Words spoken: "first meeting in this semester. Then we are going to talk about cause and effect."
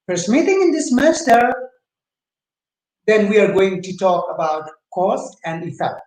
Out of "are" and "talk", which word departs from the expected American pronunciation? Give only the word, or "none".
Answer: none